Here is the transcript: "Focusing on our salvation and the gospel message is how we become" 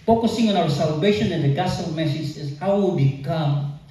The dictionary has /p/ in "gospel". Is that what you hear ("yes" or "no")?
no